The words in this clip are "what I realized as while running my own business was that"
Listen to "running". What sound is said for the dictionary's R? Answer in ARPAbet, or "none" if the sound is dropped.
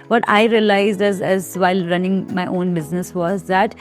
R